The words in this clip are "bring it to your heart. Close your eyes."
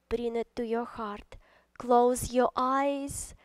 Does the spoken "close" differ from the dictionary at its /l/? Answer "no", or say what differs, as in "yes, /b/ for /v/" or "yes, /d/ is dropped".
no